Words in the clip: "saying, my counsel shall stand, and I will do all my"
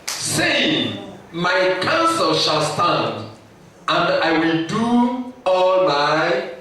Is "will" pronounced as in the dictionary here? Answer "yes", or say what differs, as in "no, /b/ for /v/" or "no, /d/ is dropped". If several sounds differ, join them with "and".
yes